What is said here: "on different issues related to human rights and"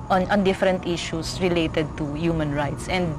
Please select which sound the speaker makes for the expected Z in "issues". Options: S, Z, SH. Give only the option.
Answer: S